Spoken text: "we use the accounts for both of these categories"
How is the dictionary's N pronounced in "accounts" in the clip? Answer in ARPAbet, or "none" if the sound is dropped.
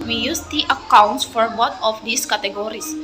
N